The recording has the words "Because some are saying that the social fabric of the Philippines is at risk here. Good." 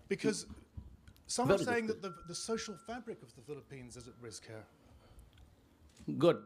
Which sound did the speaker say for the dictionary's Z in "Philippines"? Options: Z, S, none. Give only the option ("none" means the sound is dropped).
Z